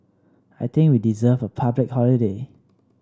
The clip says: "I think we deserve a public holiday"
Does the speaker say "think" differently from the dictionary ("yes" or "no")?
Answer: yes